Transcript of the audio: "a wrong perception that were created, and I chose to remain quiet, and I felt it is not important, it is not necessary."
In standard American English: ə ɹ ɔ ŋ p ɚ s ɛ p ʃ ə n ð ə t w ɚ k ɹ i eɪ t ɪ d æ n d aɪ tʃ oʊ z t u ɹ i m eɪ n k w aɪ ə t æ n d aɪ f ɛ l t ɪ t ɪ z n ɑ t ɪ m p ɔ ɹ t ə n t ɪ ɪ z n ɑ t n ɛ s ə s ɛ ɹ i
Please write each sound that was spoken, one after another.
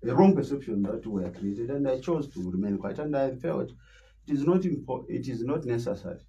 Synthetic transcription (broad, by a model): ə ɹ ɔ ŋ p ɚ s ɛ p ʃ ə n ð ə t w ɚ k ɹ i eɪ t ɪ d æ n d aɪ tʃ oʊ z t u ɹ i m eɪ n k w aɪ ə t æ n d aɪ f ɛ l t ɪ t ɪ z n ɑ t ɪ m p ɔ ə t ɪ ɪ z n ɑ t n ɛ s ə s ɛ ɹ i